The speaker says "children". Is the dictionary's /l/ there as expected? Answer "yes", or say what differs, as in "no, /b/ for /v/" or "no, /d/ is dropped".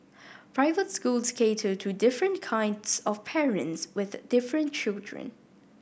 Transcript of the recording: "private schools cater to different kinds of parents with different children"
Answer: yes